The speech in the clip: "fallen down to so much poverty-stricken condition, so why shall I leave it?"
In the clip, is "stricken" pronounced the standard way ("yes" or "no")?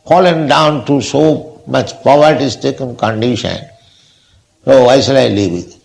no